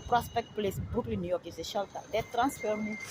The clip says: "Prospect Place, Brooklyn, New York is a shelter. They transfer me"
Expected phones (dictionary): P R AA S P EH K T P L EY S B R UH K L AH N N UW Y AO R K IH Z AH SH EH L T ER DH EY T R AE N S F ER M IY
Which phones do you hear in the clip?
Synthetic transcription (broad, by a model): P R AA S P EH K T P L EY S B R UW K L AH N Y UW Y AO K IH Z AH SH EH L T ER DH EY T R AE N S F ER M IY